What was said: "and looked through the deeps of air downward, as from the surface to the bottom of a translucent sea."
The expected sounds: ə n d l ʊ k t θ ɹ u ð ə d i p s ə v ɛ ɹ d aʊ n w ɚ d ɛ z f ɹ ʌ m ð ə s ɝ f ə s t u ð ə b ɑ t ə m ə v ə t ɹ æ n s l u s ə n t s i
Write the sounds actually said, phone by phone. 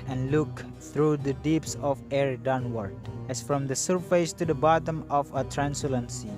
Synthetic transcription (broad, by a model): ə n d l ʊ k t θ ɹ u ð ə d i p s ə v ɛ ɹ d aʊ n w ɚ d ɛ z f ɹ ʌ m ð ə s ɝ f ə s t u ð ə b ɑ t ə m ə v ə t ɹ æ n s u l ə n s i